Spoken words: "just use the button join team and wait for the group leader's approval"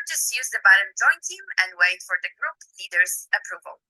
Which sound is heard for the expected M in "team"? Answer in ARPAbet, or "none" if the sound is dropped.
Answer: M